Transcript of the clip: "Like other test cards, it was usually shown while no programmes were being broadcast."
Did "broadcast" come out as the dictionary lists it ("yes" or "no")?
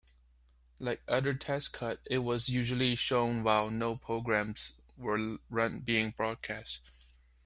yes